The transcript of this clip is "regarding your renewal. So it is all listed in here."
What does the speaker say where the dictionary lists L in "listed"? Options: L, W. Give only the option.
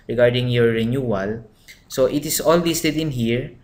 W